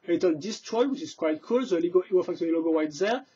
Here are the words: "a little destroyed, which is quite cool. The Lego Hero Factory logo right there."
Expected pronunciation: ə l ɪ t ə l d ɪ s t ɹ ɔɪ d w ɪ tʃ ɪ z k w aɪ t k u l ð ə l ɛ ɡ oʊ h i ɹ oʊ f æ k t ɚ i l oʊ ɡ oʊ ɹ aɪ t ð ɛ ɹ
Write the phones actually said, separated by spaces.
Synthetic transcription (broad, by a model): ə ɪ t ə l d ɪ s t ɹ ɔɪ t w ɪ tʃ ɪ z k w aɪ t k u l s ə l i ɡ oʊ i w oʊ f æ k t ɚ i l oʊ ɡ oʊ w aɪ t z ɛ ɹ